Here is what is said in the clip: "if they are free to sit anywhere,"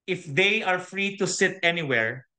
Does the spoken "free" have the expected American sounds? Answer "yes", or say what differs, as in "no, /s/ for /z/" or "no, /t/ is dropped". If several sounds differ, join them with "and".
yes